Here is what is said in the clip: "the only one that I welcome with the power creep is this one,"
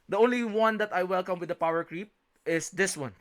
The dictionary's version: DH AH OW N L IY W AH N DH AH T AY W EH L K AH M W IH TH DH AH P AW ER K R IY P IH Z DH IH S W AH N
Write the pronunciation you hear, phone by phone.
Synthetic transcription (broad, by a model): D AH OW N L IY W AH N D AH T AY W EH L K AH M W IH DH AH P AW ER K R IY P IH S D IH S W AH N